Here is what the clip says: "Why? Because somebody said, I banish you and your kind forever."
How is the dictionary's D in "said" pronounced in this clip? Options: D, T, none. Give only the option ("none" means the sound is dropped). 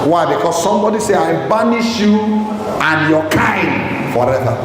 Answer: none